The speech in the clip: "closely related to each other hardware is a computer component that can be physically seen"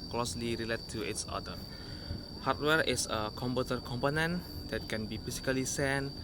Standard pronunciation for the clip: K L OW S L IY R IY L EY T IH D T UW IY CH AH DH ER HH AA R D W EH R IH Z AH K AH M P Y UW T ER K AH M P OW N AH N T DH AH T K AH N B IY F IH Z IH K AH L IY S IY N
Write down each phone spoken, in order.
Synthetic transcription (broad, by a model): K L OW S L IY R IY L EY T T UW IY S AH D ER HH AA R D W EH R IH S AH K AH M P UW T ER K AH M P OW N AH N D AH T K AH N B IY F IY S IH K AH L IY S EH N